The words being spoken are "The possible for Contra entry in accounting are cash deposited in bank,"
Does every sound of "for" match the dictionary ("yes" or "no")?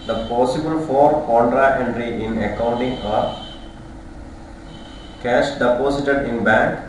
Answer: yes